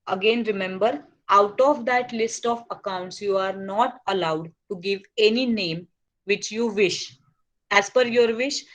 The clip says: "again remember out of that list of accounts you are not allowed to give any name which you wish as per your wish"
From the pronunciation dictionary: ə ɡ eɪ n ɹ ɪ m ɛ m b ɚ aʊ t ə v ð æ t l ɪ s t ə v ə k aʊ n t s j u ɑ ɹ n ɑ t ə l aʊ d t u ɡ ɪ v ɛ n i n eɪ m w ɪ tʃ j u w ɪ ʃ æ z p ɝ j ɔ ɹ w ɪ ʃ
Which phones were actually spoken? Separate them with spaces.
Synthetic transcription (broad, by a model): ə ɡ eɪ n ɹ ɪ m ɛ m b ɚ aʊ t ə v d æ t l ɪ s t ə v ə k aʊ n t s j u ɑ ɹ n ɑ t ə l aʊ d t u ɡ ɪ v ɛ n i n eɪ m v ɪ tʃ j u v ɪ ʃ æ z f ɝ j ɔ ɹ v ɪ ʃ